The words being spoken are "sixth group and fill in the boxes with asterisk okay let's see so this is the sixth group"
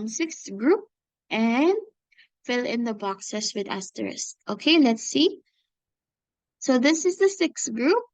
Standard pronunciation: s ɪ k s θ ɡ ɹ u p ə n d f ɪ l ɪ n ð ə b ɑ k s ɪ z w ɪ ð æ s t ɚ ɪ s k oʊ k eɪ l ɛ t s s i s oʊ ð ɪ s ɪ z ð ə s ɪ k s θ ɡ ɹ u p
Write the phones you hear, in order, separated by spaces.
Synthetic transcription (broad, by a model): s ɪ k s ɡ ɹ u p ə n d f ɪ l ɪ n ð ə b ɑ k s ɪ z w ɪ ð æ s t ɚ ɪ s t oʊ k eɪ l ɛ t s s i s oʊ ð ɪ s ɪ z ð ə s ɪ k s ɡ ɹ u p